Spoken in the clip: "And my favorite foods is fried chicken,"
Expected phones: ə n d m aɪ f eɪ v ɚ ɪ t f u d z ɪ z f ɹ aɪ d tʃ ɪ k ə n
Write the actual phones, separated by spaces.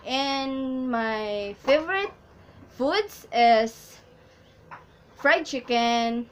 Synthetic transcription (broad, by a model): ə n m aɪ f eɪ v ɚ ɪ t f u d s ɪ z f ɹ aɪ d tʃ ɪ k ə n